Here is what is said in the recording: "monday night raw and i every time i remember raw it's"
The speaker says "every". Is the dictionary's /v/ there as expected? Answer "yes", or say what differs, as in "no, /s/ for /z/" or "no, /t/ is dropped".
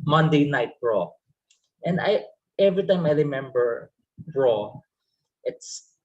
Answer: yes